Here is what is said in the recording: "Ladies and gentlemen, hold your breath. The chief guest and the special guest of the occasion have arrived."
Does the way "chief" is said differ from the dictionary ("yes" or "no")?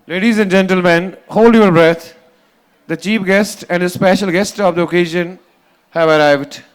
yes